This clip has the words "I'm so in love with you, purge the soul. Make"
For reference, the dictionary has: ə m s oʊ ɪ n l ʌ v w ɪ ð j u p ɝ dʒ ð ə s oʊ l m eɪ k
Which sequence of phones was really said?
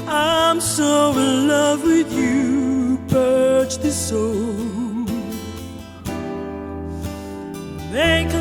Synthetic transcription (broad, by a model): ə m s oʊ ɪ l ʌ v w ɪ ð j u b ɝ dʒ ð ə s oʊ l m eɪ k